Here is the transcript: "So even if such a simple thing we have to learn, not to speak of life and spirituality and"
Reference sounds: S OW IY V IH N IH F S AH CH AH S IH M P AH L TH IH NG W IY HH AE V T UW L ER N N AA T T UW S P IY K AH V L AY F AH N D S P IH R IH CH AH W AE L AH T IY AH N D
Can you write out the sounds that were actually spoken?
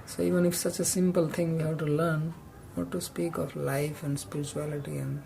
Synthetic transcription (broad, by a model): S OW IY V IH N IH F S AH CH AH S IH M P AH L T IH NG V IY HH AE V T UW L ER N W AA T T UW S P IY K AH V L AY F AH N D S P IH R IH CH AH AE L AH T IY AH N D